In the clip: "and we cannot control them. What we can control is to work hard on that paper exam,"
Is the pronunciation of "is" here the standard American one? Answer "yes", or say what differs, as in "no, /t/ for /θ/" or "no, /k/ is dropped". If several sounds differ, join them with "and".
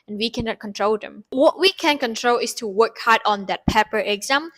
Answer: no, /s/ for /z/